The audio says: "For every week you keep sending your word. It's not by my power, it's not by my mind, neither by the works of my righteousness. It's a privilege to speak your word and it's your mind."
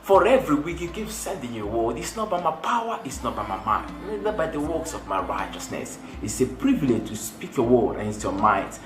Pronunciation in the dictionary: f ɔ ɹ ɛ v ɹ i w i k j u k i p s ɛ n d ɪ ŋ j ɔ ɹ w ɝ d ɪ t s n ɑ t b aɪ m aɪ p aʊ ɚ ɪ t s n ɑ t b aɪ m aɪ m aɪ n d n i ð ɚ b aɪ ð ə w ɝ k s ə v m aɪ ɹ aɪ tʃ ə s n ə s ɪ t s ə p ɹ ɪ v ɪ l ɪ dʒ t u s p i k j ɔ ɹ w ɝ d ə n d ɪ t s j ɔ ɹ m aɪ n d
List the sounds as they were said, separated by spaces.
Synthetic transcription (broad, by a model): f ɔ ɹ ɛ v ɹ i w i k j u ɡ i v s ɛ n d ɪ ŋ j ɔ w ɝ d ɪ t s n ɑ t b aɪ m aɪ p aʊ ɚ ɪ t s n ɑ t b aɪ m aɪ m aɪ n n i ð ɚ b aɪ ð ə w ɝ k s ə v m aɪ ɹ aɪ tʃ ə s n ə s ɪ t s ə p ɹ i v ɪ l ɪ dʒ t u s p i k j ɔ w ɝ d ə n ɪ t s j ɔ m aɪ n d